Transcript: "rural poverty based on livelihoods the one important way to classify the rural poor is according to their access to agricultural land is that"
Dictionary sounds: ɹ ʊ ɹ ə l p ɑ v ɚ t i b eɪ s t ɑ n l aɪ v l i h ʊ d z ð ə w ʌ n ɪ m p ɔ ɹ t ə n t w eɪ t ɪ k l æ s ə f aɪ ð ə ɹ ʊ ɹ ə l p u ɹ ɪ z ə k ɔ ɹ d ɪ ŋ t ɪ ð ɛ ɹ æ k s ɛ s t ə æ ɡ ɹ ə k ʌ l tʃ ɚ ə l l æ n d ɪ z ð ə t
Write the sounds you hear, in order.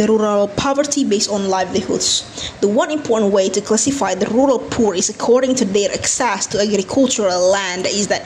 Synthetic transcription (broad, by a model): ɹ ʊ ɹ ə l p ɑ v ɚ t i b eɪ s t n l aɪ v l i h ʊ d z ð ə w ʌ n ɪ m p ɔ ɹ t n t w eɪ t ɪ k l æ s ə f aɪ ð ə ɹ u ɹ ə l p u ɹ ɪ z ə k ɔ ɹ d ɪ ŋ t ɪ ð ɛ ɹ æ k s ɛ s t ə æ ɡ ɹ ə k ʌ l tʃ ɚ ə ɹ l æ n d ɪ z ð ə t